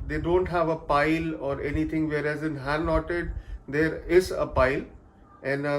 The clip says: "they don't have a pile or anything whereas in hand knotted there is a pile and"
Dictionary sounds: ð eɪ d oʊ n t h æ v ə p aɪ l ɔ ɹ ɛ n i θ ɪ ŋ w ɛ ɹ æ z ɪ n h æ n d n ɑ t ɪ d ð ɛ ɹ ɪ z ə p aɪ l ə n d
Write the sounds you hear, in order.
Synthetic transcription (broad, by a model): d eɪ d oʊ n t h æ v ə p aɪ l ɔ ɹ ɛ n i t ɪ ŋ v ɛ ɹ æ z ɪ n h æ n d n ɑ t ɪ d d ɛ ɹ ɪ z ə p aɪ l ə n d